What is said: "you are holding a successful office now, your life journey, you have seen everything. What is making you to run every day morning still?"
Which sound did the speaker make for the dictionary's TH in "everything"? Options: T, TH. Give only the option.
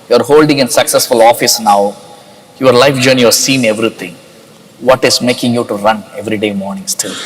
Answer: T